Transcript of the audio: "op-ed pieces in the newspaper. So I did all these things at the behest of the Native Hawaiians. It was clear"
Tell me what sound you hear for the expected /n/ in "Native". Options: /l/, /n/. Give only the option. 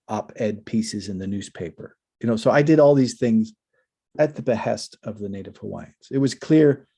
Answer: /n/